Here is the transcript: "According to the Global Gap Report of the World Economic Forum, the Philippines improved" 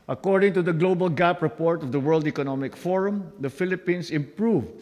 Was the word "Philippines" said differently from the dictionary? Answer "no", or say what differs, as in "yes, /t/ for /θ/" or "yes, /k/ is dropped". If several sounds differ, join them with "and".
yes, /s/ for /z/